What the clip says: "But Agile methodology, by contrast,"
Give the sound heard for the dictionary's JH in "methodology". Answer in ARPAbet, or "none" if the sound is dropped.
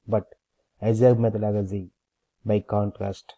Z